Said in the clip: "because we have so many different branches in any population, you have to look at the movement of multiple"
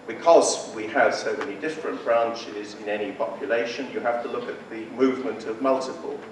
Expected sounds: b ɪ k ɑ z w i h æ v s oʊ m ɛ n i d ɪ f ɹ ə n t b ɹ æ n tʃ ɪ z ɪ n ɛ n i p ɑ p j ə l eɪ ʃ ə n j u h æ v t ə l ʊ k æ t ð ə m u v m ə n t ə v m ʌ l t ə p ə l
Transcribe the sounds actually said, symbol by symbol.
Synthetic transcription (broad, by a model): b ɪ k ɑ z w i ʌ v s oʊ m ɛ n i d ɪ f ɹ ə n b ɹ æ n tʃ ɪ z ɪ n ɛ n i p ɑ p j ə l eɪ ʃ ə n j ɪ h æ f t ə l ʊ k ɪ t ð ə m u v m ə n t ə v m ʌ l t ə p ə l